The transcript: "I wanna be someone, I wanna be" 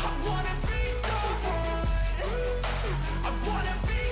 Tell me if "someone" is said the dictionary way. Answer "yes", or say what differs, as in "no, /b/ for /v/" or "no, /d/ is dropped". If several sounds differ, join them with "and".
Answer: no, /n/ is dropped